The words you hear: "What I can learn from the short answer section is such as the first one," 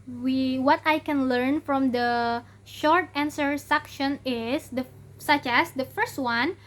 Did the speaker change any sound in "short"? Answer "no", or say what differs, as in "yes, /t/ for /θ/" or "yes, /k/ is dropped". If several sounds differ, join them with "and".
no